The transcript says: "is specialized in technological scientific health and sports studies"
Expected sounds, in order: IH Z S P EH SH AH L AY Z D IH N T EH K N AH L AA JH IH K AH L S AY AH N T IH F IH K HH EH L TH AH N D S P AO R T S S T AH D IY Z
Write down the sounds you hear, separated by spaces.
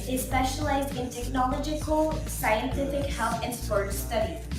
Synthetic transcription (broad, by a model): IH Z S P EH SH AH L AY Z D IH N T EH K N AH L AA JH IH K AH L S AY AH N T IH F IH K HH EH L TH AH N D S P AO R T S S T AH D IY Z